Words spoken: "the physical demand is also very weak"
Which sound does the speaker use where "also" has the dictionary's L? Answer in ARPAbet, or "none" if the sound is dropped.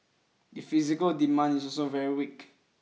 none